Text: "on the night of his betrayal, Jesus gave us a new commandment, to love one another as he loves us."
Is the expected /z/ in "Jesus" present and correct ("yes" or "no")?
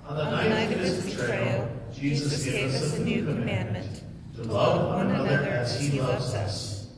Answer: yes